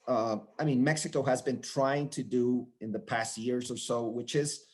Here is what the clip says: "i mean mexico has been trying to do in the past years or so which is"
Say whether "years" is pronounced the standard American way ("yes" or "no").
yes